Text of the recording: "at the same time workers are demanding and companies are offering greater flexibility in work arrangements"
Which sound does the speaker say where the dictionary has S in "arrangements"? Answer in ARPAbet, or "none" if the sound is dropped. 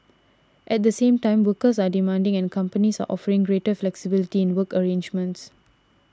S